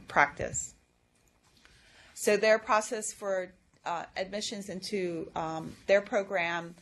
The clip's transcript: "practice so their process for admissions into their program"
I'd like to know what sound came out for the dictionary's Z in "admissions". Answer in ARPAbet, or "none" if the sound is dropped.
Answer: Z